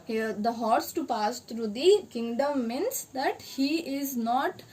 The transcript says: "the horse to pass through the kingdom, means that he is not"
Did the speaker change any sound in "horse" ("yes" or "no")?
no